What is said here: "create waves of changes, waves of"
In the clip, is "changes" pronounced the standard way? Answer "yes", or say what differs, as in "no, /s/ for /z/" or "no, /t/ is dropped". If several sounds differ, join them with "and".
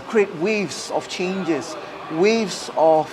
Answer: no, /s/ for /z/